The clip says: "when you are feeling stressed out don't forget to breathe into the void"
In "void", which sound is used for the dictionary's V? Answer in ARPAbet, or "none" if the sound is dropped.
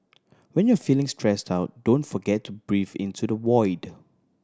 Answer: W